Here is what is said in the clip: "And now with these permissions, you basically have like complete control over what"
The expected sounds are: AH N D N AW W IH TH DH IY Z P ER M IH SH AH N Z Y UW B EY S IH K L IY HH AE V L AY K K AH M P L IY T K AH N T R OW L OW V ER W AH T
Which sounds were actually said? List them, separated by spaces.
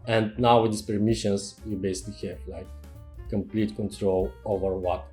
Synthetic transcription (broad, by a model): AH N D N AW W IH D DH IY S P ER M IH SH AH N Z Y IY B EY S IH K L IY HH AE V L AY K K AH M P L IY T K AH N T R OW L OW V ER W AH T